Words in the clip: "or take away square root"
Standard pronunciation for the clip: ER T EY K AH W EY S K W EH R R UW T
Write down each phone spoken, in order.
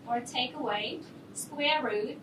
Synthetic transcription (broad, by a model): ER T EY K AH W EY S K W EH R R UW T